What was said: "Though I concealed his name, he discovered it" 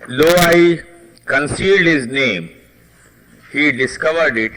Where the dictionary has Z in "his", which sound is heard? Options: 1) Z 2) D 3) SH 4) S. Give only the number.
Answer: 1